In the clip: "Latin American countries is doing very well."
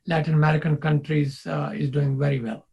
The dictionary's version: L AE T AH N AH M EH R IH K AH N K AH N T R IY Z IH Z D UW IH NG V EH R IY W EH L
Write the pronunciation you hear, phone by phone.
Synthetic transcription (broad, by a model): L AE T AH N AH M EH R IH K AH N K AH N T R IY Z IH Z D UW IH NG V EH R IY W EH L